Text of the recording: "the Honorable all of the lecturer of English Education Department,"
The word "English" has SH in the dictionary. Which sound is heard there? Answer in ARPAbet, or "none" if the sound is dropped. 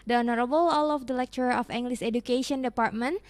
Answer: S